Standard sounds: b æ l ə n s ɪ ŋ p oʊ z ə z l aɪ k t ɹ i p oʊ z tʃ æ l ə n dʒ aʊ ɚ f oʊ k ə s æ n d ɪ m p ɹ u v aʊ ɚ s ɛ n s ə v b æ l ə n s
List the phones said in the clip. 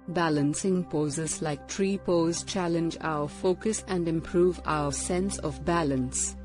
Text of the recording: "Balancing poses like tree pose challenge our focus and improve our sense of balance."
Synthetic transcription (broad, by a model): b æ l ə n s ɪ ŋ p oʊ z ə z l aɪ k t ɹ i p oʊ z tʃ æ l ə n dʒ aʊ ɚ f oʊ k ə s æ n d ɪ m p ɹ u v aʊ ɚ s ɛ n s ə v b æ l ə n s